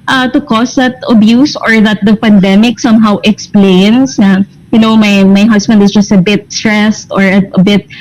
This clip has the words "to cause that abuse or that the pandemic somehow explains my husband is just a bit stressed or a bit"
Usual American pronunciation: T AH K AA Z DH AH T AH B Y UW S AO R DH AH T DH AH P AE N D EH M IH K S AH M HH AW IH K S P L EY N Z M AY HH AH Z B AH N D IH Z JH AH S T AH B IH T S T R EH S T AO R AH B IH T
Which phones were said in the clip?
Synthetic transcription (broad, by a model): T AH K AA S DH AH T AH B Y UW S AO R DH AH T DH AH P AE N D EH M IH K S AH M HH AW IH K S P L EY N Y M AY HH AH S B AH N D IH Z JH AH S T AH B IH T S T R EH S T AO R AH B IH T